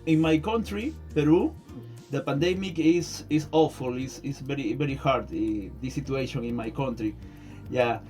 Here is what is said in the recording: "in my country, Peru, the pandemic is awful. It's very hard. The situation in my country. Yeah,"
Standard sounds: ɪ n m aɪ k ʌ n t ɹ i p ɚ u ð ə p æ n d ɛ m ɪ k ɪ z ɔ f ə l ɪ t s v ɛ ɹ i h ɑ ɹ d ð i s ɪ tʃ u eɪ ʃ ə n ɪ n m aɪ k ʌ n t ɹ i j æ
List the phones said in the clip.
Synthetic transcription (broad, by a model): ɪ n m aɪ k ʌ n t ɹ i p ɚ u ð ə p æ n d ɛ m ɪ k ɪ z ɔ f ə l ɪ s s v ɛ ɹ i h ɑ ɹ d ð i s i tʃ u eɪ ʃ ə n ɪ n m aɪ k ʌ n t ɹ i j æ